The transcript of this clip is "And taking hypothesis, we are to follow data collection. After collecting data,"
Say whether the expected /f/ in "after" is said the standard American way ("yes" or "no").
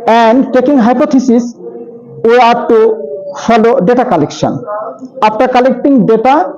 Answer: no